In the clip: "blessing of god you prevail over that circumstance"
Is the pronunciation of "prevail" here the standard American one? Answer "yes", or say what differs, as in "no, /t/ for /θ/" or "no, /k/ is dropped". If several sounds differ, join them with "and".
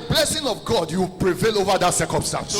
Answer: yes